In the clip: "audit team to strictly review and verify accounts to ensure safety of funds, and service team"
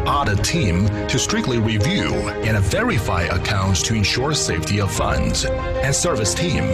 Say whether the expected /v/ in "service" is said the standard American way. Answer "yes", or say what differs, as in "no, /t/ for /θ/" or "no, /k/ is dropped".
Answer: yes